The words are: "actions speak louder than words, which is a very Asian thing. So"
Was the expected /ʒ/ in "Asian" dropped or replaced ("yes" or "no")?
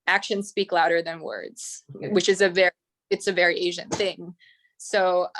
no